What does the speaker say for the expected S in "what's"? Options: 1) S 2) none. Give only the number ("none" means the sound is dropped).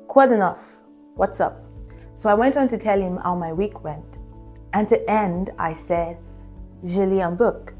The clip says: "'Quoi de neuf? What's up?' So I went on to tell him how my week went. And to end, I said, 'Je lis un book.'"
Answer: 1